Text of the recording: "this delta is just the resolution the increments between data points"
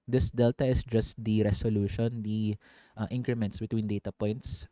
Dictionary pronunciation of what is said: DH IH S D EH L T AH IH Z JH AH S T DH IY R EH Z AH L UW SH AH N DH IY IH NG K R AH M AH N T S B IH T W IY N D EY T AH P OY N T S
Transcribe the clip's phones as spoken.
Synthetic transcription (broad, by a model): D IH S D EH L T AH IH S JH AH S T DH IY R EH S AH L UW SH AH N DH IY IH NG K R AH M AH N T S B IH T W IY N D EY T AH P OY N T S